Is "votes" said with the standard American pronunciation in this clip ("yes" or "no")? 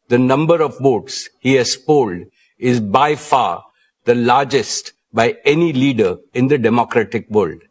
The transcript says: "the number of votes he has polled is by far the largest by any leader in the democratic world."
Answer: no